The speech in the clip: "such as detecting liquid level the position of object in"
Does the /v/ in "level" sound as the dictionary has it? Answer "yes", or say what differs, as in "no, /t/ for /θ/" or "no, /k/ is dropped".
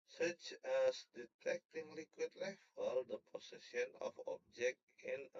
no, /f/ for /v/